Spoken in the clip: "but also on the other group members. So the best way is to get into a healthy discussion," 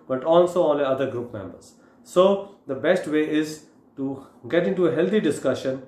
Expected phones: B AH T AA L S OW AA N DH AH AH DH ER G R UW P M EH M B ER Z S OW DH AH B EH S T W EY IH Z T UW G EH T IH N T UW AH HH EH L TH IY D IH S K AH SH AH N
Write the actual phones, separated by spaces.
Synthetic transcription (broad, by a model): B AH T AA L S OW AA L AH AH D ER G R UW P M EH M B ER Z S OW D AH B EH S T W EY IH Z T UW G EH T IH N T UW AH HH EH L T IY D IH S K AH SH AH N